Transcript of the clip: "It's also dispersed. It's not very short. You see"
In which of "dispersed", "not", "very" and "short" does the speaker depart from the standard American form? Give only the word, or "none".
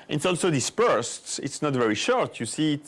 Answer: none